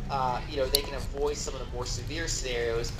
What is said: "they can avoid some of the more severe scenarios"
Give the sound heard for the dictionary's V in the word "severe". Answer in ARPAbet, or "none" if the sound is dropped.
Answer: V